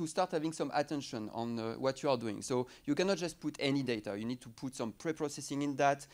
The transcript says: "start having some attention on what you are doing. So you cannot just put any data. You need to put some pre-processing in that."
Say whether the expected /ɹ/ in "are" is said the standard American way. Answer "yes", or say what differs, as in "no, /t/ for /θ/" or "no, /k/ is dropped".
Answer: yes